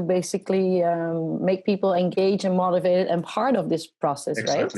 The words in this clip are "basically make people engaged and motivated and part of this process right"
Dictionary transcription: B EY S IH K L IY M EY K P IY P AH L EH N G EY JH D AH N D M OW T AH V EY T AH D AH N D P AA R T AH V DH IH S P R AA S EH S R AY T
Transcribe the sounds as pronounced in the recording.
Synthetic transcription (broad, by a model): B EY S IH K L IY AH EY K P IY P L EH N G EY JH AH N M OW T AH V EY T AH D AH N P AA R T AH V DH IH S P R AA S EH S R AY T